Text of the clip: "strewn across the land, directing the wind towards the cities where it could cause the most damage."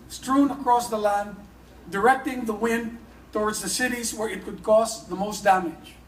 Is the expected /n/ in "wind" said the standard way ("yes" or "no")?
yes